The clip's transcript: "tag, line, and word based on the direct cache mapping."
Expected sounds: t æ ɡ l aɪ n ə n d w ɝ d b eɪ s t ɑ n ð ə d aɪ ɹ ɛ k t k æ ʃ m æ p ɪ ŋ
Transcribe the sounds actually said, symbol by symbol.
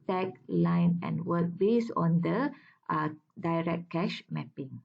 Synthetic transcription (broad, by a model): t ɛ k l aɪ n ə n w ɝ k b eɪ s ɑ n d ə d aɪ ɹ ɛ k k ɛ ʃ m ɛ p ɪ ŋ